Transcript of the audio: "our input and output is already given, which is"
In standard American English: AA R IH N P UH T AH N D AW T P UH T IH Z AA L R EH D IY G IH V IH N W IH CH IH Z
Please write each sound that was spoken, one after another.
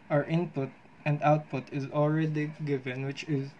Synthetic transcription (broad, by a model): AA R IH N P UH T AH N D AW T P UH T IH Z AA L R EH D IY G IH V IH N W IH CH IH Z